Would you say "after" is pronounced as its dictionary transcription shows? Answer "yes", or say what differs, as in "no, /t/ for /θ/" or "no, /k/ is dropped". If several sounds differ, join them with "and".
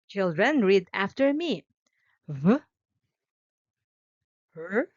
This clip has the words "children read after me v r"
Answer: yes